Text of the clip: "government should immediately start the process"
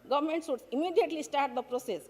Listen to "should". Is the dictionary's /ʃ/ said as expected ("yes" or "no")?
no